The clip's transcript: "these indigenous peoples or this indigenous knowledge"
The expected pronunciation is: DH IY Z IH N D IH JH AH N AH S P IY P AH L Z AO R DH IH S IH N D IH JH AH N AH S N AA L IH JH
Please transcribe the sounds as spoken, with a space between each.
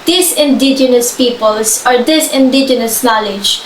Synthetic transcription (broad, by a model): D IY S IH N D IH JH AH N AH S P IY P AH L S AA R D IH S IH N D IH JH AH N AH S N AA L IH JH